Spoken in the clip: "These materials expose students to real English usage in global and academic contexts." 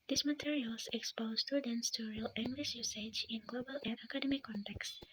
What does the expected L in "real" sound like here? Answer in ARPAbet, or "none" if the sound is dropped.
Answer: L